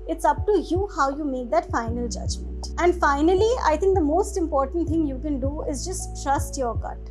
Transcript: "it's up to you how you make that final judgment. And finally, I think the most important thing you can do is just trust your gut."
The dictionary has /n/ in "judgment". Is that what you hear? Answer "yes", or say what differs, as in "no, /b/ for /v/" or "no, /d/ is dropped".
no, /n/ is dropped